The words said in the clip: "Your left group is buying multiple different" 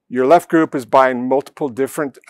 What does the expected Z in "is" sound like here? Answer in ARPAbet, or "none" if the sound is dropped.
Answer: Z